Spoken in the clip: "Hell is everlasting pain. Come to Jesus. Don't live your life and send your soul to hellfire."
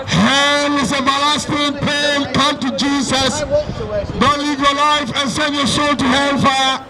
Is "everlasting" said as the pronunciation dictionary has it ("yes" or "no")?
no